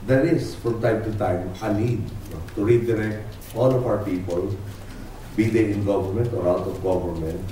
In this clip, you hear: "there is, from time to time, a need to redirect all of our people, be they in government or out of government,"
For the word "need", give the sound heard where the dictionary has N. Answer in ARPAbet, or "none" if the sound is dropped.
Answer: L